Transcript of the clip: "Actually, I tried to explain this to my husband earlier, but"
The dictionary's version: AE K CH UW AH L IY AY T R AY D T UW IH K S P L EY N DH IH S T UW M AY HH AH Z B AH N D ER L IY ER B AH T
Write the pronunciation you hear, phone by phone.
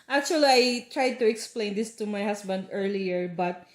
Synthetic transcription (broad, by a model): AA K CH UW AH L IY AY T R AY D T UW IH K S P L EY N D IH S T UW M AY HH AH S B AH N D ER L IY ER B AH T